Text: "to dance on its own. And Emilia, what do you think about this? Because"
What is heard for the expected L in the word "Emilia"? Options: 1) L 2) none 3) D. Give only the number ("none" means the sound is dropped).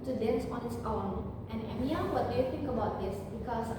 2